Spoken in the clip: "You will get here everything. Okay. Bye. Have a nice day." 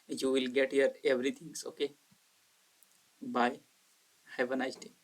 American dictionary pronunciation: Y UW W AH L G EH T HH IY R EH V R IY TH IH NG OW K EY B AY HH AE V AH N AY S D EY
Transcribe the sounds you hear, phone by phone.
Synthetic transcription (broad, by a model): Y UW W AH L G EH T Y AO R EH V R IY T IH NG OW K EY B AY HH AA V AH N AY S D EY